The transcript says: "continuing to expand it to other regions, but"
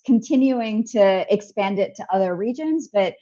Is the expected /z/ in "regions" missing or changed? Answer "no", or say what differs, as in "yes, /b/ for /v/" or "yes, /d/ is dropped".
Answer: no